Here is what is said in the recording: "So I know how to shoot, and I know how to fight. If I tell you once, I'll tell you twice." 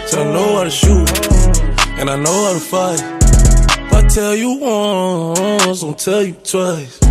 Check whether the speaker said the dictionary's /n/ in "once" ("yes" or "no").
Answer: no